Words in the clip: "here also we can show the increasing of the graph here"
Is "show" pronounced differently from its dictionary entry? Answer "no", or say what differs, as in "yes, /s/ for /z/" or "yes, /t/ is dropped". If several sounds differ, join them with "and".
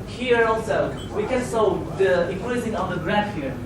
yes, /s/ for /ʃ/